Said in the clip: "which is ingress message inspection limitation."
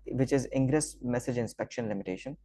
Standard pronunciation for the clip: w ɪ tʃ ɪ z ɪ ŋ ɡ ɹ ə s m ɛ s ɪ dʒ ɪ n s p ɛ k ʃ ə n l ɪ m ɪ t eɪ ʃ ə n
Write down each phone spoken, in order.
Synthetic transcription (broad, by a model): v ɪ tʃ ɪ z ɪ ŋ ɡ ɹ ə s m ɛ s ɪ dʒ ɪ n s p ɛ k ʃ ə n l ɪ m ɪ t eɪ ʃ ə n